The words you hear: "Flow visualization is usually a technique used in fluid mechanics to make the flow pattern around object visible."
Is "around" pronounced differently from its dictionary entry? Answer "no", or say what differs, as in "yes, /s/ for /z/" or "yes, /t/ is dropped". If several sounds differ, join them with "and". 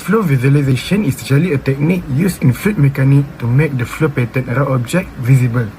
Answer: yes, /n/ is dropped